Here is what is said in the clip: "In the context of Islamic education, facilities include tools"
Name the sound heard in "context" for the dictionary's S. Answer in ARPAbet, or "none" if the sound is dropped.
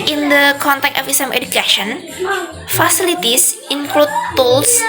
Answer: none